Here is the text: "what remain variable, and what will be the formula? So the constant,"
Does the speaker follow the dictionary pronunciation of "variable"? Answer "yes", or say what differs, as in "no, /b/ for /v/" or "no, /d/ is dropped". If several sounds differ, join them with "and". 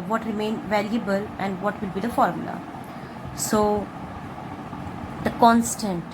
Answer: no, /l/ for /ɹ/